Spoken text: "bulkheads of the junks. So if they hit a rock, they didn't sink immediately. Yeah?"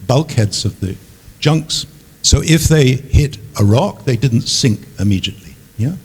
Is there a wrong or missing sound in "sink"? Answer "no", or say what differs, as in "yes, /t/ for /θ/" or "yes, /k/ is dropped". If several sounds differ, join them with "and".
no